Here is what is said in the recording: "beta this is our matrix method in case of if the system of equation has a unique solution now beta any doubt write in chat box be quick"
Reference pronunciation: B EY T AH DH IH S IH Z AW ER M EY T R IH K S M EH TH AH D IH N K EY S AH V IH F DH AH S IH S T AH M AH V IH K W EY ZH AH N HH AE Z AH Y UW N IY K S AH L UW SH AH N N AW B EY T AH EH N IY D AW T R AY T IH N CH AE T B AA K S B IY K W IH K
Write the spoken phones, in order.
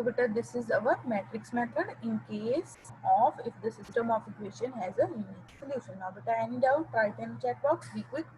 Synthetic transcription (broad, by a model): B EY T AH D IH S IH Z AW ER M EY T R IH K S M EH T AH D IH N K EY S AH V IH F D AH S IH S T AH M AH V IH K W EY SH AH N HH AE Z AH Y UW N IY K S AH L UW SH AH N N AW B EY T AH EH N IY D AW T R AY T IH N CH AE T B AA K S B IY K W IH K